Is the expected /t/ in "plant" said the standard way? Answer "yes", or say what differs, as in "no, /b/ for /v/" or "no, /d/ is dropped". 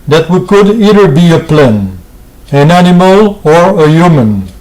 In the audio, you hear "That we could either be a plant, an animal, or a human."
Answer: no, /t/ is dropped